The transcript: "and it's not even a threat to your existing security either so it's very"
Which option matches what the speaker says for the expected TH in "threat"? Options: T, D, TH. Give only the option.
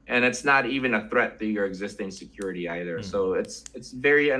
TH